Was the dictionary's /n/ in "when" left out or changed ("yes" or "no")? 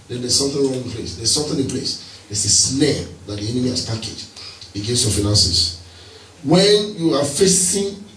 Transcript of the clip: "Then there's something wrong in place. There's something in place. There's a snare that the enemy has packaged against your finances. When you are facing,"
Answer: no